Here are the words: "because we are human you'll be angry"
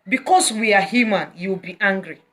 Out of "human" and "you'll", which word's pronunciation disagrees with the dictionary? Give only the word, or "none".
you'll